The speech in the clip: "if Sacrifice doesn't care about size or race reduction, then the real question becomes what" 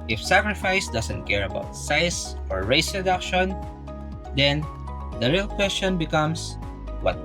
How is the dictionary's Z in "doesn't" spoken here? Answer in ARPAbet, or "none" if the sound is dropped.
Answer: S